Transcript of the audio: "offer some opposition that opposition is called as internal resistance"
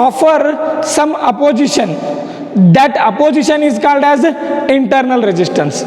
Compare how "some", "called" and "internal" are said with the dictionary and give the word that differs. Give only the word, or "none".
none